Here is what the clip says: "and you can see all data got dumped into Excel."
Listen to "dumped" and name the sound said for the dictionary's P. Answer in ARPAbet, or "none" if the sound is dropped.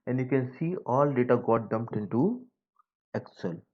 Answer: P